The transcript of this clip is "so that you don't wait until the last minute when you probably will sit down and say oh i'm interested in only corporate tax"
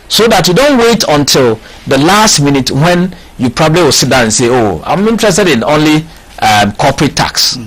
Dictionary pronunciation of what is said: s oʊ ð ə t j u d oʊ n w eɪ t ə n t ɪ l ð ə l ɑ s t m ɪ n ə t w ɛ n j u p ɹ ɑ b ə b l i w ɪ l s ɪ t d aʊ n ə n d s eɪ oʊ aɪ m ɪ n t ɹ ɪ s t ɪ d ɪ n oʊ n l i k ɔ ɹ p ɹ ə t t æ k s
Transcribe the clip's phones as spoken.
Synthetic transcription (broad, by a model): s oʊ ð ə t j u d oʊ n w eɪ t ə n t ɪ l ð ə l ɑ s t m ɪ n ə t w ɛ n j u p ɹ ɑ b ə b l i w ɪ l s ɪ t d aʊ ə n s eɪ oʊ aɪ m ɪ n t ɹ ɪ s t ɪ d ɪ n oʊ n l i k ɔ p ɹ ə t t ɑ k s